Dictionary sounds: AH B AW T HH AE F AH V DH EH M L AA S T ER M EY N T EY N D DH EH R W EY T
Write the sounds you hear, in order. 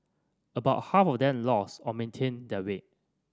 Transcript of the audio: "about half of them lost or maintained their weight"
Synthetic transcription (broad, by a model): AH B AW T HH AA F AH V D EH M L AA S AO M EY N T EY N D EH W EY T